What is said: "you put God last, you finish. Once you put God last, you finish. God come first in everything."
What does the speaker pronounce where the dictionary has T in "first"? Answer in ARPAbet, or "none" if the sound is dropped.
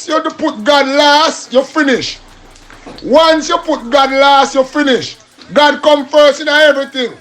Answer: none